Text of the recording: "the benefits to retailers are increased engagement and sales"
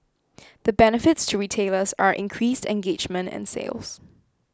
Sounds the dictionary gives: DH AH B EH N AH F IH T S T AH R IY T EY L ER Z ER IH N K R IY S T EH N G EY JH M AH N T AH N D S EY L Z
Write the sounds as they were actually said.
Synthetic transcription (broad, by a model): DH AH B EH N AH F IH T S T AH R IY T EY L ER S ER IH N K R IY S T EH N G EY JH M AH N T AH N S EY L Z